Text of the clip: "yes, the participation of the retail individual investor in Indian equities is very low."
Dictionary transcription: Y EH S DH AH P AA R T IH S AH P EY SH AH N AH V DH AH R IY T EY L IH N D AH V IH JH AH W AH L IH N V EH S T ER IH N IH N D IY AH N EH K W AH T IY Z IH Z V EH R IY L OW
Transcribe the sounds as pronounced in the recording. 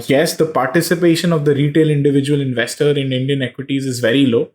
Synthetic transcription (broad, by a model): Y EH S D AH P AA R T IH S AH P EY SH AH N AH V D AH R IY T EY L IH N D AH V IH JH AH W AH L IH N V EH S T ER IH N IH N D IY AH N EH K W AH T IY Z IH Z V EH R IY L OW